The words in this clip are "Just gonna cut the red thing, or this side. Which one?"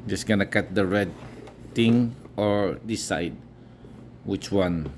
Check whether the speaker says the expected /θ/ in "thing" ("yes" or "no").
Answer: no